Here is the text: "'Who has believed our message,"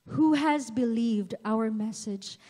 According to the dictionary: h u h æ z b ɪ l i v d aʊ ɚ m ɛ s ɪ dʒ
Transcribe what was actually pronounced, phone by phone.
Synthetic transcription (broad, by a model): h u h æ z b ɪ l i v d aʊ ɚ m ɛ s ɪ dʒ